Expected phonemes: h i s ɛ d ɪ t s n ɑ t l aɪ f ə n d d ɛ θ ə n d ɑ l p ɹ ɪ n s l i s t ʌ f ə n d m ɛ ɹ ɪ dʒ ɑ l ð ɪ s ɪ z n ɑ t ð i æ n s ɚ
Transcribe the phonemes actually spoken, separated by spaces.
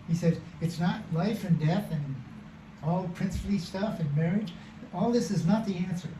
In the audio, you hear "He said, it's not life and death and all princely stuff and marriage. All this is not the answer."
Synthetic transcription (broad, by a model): h i s ɛ d ɪ t s n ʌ t l aɪ f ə n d d ɛ θ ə n ɑ l p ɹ ɪ n s l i s t ʌ f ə n m ɛ ɹ ɪ dʒ ɑ l ð ɪ s ɪ z n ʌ t ð i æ n s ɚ